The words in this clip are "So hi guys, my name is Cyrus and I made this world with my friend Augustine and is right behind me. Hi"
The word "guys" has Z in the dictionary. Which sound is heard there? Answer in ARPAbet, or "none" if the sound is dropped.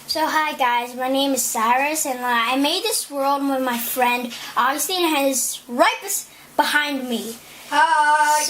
Z